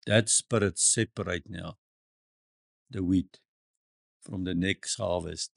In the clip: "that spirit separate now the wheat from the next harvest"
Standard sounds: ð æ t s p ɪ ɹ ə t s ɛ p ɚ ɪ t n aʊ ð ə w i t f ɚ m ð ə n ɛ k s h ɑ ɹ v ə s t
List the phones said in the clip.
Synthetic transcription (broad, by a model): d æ t s p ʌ ɹ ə t s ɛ p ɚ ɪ t n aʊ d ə w i t f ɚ m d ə n ɛ k s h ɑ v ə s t